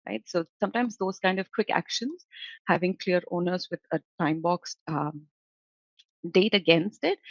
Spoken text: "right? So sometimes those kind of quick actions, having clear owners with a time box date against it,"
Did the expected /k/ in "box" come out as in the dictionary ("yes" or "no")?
yes